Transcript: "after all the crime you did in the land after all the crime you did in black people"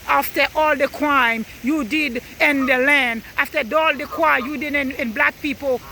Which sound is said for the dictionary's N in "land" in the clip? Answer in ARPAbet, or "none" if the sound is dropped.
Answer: N